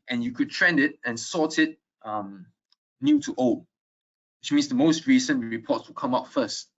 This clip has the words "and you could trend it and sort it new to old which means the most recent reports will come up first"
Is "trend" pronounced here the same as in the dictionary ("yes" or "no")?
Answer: yes